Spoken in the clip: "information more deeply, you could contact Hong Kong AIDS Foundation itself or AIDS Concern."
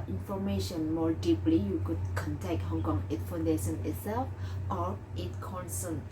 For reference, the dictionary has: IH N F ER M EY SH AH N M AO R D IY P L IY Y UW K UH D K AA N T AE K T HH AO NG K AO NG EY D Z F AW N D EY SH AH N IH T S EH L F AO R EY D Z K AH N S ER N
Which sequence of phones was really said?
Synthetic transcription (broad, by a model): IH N F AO M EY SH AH N M AO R D IY P L IY Y UW K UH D K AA N T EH K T HH AO NG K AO NG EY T F AW N D EY SH AH N IH T S EH L F AO R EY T K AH N S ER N